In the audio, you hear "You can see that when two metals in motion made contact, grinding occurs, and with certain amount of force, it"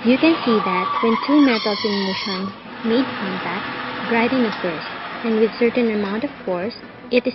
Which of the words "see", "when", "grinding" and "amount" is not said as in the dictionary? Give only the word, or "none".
grinding